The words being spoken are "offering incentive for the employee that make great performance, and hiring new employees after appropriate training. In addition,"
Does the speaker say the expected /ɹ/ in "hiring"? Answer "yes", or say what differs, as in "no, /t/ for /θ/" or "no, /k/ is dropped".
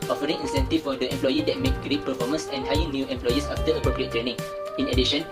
no, /ɹ/ is dropped